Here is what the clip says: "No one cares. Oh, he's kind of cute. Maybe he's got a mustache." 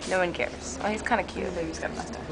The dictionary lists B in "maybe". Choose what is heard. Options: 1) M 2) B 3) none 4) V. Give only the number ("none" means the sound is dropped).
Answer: 3